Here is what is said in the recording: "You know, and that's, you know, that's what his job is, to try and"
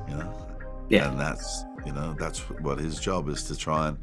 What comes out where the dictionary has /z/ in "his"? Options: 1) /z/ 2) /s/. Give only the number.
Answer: 1